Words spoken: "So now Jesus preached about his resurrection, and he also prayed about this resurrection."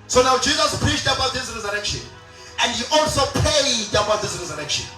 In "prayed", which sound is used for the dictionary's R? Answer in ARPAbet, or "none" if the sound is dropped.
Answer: none